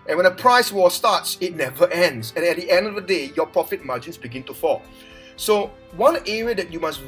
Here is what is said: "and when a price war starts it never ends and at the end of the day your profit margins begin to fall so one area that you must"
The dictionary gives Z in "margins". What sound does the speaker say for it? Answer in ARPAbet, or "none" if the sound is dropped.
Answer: S